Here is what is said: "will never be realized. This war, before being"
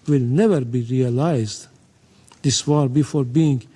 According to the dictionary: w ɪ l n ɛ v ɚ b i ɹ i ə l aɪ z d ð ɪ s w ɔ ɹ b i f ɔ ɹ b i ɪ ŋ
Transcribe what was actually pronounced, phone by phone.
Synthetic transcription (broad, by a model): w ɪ l n ɛ v ɚ b i ɹ i ə l aɪ z d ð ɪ s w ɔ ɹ b i f ɔ ɹ b i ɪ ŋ